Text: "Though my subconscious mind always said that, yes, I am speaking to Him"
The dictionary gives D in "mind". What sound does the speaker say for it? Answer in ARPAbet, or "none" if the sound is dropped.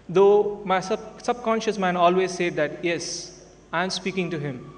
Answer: none